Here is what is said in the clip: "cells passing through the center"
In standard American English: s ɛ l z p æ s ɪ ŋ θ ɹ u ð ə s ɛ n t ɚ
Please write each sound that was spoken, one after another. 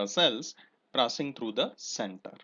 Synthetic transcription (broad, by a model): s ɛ l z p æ s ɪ ŋ t ɹ u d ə s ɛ n t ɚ